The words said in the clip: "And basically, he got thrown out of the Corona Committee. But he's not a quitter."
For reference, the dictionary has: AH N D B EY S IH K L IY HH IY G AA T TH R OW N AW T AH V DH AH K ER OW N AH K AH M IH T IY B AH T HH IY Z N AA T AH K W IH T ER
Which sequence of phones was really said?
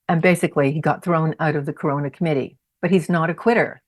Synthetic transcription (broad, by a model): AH N B EY S IH K L IY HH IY G AA T TH R OW N AW T AH V DH AH K ER OW N AH K AH M IH T IY B AH T HH IY Z N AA T AH K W IH T ER